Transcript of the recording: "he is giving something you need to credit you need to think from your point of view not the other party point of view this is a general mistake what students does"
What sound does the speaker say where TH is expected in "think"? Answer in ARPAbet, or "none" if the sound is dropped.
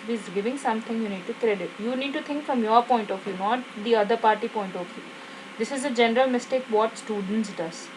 T